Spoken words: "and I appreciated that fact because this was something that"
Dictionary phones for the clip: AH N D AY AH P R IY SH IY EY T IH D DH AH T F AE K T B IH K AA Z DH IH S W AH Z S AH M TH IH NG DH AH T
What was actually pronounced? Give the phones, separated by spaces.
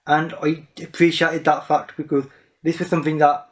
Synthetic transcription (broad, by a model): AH N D AY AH P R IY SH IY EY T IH D DH AH T F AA K T B IH K AA Z DH IH S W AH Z S AH M TH IH NG DH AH T